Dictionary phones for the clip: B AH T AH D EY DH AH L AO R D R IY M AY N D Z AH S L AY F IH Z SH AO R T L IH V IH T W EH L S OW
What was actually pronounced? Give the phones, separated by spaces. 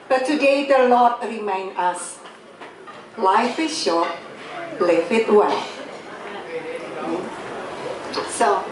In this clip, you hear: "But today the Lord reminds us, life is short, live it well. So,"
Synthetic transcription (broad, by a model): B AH T AH D EY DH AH L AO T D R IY M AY N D AH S L AY F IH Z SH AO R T L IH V IH T W EH L S OW